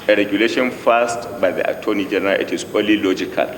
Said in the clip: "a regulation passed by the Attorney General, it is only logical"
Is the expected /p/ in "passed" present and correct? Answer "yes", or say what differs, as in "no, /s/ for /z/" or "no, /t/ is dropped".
no, /f/ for /p/